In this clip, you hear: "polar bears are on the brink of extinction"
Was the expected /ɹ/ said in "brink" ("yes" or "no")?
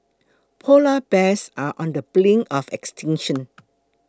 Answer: no